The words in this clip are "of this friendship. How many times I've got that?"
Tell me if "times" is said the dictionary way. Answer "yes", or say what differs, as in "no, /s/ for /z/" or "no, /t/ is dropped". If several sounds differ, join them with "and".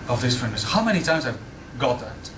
yes